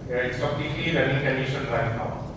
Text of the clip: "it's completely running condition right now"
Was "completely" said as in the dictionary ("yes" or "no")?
no